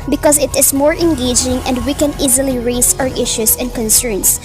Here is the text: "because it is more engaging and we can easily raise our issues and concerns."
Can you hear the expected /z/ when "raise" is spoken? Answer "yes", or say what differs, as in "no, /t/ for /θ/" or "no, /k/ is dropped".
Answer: no, /s/ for /z/